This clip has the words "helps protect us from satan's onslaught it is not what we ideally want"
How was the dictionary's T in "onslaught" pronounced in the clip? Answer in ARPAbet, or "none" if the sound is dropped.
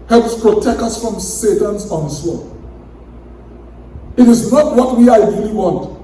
none